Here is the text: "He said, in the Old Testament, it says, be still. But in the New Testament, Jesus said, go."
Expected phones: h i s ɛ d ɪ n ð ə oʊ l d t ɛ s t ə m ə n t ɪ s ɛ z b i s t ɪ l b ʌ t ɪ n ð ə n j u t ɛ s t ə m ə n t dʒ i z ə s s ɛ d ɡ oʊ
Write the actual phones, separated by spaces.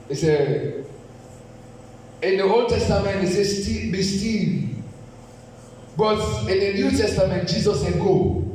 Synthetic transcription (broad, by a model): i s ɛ ɪ n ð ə oʊ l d t ɛ s t ə m ə n t ɪ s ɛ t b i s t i n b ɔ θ ɪ n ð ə n j u t ɛ s t ə m ə n t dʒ i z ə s s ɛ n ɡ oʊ